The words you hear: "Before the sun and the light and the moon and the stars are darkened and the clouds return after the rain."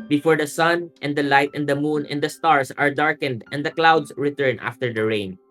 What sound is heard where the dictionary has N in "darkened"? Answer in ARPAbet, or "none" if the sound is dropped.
N